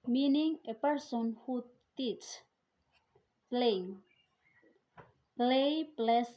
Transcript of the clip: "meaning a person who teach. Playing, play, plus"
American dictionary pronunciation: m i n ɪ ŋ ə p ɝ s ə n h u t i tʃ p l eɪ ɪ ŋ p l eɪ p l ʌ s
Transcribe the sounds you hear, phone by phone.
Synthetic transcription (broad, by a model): m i n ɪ ŋ ə p ɝ s ə n h u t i s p l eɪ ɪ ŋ p l eɪ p l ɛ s